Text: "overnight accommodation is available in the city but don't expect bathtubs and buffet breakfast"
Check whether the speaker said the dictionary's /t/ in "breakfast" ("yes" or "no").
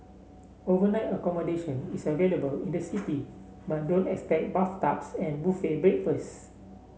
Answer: no